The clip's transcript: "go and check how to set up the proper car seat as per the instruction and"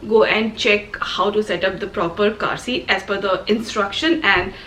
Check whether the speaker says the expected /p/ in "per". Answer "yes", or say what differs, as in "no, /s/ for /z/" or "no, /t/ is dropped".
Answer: no, /f/ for /p/